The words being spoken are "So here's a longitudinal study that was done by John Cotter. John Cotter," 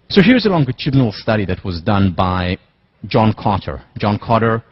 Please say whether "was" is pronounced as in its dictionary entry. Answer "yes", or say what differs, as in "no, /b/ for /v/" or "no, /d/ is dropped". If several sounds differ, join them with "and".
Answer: yes